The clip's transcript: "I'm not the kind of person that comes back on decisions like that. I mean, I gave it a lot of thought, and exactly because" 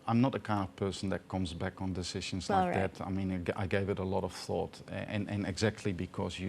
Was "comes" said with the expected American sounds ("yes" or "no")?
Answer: yes